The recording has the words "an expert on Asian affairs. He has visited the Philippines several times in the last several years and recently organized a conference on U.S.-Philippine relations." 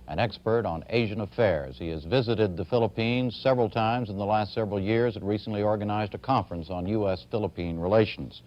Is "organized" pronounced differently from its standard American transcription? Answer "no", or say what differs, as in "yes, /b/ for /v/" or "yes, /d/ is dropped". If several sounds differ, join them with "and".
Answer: no